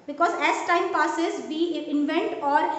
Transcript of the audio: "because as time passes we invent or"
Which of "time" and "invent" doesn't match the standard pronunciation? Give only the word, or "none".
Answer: none